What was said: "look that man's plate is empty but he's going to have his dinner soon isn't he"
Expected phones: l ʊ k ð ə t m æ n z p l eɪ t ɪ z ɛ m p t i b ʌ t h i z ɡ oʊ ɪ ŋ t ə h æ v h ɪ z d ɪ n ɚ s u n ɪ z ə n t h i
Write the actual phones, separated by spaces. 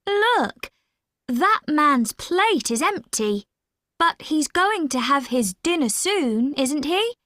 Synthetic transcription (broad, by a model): l ʊ k ð ə t m æ n z p l eɪ t ɪ z ɛ m p t i b ʌ t h i z ɡ oʊ ɪ ŋ t ə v ɪ z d ɪ n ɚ s u n ɪ z ə n t h i